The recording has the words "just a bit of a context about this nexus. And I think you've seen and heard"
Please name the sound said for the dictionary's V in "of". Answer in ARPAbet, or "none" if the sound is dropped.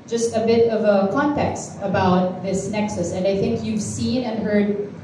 V